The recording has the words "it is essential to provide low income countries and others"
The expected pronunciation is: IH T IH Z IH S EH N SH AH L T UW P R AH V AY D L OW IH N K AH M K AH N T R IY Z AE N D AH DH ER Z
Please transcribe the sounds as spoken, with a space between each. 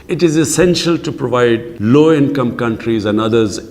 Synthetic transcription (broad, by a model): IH T IH Z IH S EH N SH AH L T UW P R AH V AY D L OW IH N K AH M K AH N T R IY Z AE N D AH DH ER Z